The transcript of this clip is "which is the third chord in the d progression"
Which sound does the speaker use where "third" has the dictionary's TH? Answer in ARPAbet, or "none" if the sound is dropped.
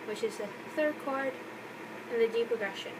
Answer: TH